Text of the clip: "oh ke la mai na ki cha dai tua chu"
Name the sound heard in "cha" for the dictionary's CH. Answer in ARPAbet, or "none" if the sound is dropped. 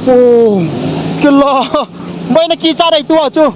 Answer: S